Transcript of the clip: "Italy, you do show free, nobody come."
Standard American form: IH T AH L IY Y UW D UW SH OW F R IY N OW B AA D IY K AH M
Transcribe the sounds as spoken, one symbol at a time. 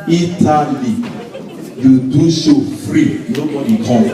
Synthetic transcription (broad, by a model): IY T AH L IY Y UW D UW S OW F R IY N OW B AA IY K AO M